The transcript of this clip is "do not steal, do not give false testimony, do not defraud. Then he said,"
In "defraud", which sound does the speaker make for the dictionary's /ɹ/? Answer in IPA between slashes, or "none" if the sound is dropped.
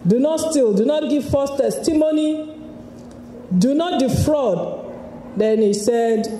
/ɹ/